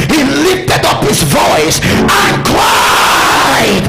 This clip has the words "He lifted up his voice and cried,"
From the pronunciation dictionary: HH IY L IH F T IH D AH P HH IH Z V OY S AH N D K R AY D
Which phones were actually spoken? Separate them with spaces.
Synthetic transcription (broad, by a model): HH IY L IH F T IH D AH P HH IH Z V OY S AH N K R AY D